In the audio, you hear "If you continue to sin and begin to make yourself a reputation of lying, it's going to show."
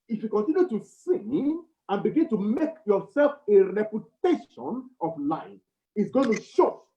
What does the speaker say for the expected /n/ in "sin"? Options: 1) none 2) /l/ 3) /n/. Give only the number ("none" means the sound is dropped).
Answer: 1